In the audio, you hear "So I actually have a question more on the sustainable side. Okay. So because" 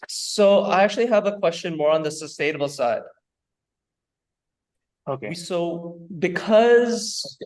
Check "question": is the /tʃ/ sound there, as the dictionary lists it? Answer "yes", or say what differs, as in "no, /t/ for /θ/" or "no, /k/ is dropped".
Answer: yes